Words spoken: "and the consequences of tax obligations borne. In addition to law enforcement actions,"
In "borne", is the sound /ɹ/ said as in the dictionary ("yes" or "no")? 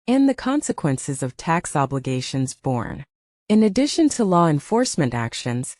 yes